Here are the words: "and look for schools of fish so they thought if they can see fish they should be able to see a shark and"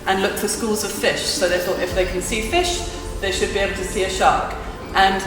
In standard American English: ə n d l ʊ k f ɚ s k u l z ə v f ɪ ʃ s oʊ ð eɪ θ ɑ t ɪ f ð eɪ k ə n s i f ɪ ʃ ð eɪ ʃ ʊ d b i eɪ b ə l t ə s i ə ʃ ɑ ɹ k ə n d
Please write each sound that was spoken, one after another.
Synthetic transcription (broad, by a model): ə n l ʊ k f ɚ s k u l z ə v f ɪ ʃ s oʊ ð eɪ θ ɑ t ɪ f ð eɪ k ə n s i f ɪ ʃ ð eɪ ʃ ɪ d b i eɪ b l t ə s i ə ʃ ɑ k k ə n